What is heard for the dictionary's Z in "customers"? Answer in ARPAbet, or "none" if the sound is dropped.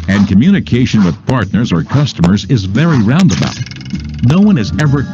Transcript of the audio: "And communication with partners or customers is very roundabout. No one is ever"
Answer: Z